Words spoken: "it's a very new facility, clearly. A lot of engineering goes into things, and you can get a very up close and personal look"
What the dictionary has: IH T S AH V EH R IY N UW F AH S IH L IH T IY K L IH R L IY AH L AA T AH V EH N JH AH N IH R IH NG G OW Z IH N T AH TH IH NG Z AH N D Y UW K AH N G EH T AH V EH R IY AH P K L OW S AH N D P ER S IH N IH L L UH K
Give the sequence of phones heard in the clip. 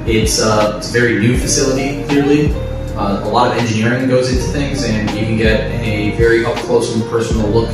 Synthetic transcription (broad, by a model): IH T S AH V EH R IY N UW F AH S IH L IH T IY K L IH R L IY AH L AA T AH V EH N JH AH N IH R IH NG G OW Z IH N T AH TH IH NG Z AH N Y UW K AH N G EH T AH V EH R IY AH F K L OW AH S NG P ER S N L L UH K